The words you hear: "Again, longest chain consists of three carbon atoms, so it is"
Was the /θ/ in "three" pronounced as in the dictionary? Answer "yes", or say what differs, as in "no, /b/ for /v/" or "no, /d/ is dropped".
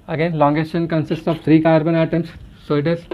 no, /t/ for /θ/